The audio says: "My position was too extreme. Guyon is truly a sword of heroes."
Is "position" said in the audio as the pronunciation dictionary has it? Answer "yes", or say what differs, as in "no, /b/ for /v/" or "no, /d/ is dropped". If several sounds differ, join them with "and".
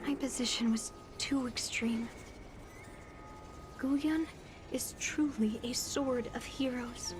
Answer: yes